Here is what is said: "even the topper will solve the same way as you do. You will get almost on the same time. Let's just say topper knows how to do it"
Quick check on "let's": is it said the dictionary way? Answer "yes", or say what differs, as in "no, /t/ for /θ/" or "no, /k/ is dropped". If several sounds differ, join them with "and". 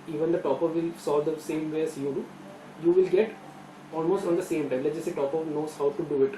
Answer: no, /s/ is dropped